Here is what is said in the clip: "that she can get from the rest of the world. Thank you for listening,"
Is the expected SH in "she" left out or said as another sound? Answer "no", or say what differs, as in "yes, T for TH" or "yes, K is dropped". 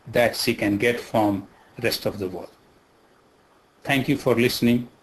yes, S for SH